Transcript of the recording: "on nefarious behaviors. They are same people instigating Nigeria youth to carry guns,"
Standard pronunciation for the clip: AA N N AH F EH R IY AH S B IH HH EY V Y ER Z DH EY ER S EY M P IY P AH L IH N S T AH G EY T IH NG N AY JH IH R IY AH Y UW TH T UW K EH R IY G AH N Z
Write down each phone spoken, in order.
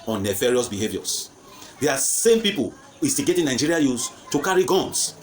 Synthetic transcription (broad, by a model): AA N N AH F EH R IY AH S B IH HH EY V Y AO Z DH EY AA S EY M P IY P AH L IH S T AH G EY T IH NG N AY JH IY R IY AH Y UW S T UW K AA R IY G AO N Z